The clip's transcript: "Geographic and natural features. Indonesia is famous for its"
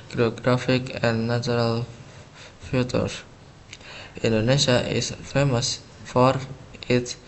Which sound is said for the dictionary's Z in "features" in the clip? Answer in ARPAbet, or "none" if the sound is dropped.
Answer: none